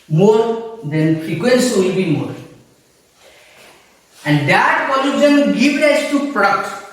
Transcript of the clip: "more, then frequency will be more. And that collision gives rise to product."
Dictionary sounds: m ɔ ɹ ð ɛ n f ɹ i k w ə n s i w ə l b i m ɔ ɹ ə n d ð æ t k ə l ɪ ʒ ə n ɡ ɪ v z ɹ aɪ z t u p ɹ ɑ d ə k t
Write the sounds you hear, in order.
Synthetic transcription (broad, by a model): m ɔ ɹ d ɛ n f ɹ i k w ə n s i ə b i m ɔ ɹ ə n d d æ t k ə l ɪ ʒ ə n ɡ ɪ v ɹ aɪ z t u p ɹ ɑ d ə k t